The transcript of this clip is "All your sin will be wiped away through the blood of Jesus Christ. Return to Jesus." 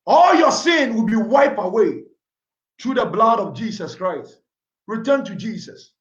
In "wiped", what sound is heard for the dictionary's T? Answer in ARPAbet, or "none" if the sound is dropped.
none